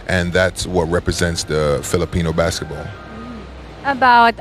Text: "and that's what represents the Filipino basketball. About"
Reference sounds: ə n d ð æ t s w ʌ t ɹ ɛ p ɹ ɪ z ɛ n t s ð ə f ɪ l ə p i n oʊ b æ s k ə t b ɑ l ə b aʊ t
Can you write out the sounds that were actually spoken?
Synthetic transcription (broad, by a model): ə n ð æ t s w ʌ t ɹ ɛ p ɹ ɪ z ɛ n t s ð ə f ɪ l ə p i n oʊ b æ s k ə t b ɑ l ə b aʊ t